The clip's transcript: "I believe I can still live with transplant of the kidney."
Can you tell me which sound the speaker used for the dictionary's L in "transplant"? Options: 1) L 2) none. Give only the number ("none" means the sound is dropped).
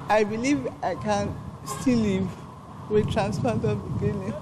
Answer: 2